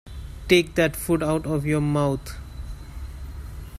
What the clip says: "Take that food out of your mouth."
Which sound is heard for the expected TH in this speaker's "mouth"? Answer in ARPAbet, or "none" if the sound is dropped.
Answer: T